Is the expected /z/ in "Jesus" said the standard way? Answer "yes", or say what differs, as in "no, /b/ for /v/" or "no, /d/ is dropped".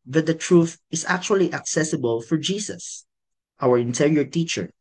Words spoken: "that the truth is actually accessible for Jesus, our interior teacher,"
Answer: no, /s/ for /z/